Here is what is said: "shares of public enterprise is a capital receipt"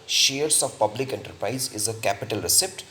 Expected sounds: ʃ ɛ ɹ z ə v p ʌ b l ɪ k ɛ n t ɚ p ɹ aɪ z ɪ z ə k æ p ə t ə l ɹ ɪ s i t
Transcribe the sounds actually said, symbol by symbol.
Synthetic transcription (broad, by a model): ʃ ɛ ɹ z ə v p ʌ b l ɪ k ɛ n t ɚ p ɹ aɪ z ɪ z ə k æ p ə t ə l ɹ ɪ s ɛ t